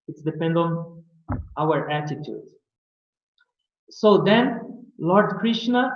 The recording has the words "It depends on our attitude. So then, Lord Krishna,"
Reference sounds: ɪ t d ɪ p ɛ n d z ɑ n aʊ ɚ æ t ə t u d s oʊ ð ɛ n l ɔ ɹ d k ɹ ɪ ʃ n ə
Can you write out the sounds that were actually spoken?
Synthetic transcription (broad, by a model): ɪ t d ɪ p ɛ n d ɑ n aʊ ɚ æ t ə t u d s oʊ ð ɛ n l ɔ ɹ d k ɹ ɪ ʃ n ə